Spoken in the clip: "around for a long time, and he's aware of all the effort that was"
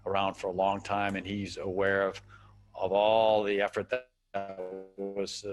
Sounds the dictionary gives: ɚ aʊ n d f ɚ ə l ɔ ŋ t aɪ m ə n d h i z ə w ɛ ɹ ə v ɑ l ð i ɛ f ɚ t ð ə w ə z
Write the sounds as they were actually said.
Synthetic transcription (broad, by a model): ɚ aʊ n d f ɚ ə l ɔ ŋ t aɪ m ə n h i z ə w ɛ ɹ ə v ɑ l ð i ɛ f ɚ t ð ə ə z